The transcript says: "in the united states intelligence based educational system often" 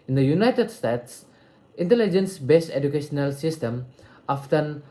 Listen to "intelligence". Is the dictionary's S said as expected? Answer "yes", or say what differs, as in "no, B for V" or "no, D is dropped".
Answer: yes